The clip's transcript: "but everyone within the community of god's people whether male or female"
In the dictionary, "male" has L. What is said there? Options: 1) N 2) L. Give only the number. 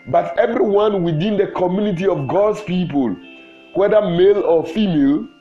2